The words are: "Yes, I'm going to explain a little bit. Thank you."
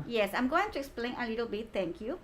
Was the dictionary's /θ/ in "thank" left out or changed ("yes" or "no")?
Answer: yes